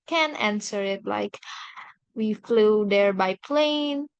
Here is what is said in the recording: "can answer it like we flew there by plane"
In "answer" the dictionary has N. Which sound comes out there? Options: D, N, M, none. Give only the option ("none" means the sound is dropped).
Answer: N